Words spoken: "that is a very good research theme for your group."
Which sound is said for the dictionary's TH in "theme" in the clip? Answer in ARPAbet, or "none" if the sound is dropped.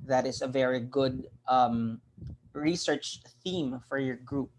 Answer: TH